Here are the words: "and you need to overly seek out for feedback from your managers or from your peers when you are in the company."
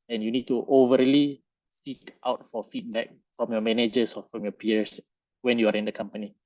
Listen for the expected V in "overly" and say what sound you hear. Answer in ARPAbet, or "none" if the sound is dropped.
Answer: V